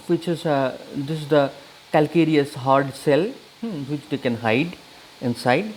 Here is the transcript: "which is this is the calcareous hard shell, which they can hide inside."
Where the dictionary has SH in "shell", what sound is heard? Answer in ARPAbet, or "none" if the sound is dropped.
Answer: S